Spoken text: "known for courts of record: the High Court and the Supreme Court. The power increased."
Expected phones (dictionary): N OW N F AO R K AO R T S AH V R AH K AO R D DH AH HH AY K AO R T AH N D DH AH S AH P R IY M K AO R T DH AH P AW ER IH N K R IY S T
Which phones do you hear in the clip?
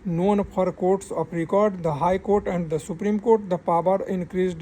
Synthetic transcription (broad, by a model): N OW N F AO R K AO R T S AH P R AH K AO R D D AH HH AY K AO R T AH N D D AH S AH P R IY M K AO R T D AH P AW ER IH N K R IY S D